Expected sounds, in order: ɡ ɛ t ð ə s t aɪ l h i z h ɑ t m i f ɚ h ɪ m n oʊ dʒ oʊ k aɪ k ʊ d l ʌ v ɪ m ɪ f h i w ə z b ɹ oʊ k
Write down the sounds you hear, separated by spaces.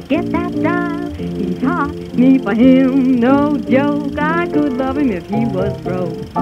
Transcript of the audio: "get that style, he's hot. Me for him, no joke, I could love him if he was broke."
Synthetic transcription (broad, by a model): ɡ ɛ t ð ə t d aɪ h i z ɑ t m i p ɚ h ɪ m n oʊ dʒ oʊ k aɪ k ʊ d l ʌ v ɪ m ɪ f h i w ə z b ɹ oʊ